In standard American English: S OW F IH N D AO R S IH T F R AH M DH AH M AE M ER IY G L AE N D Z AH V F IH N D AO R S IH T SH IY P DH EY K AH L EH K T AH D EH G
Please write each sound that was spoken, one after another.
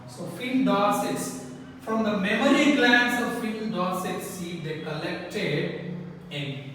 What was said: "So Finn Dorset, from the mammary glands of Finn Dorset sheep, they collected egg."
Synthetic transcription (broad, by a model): S OW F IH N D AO S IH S F R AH M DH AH M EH M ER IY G L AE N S AH V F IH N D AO S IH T S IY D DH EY K AH L EH K T AH D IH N